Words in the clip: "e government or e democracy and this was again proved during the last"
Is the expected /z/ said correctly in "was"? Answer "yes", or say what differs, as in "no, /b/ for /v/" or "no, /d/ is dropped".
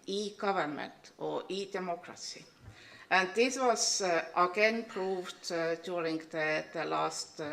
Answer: no, /s/ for /z/